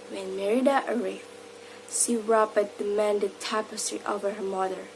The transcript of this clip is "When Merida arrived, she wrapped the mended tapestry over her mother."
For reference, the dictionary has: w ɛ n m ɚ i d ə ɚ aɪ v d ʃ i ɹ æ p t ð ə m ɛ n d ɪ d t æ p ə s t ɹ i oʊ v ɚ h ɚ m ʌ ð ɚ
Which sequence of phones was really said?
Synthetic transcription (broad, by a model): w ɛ n m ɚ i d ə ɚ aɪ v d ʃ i ɹ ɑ b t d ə m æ n d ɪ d t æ p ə s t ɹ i oʊ v ɚ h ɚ m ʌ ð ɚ